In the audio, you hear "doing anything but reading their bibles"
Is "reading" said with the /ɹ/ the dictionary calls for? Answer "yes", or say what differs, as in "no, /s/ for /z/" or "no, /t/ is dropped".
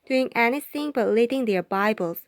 no, /l/ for /ɹ/